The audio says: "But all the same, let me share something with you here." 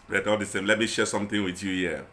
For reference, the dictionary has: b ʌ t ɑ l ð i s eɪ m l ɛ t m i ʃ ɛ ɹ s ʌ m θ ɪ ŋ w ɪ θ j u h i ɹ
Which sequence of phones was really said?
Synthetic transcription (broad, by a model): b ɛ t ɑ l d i s eɪ m l ɛ t m i ʃ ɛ s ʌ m t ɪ ŋ w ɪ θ j u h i